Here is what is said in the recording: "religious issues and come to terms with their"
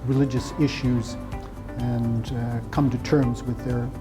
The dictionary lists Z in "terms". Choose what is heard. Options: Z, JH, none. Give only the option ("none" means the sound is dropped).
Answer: Z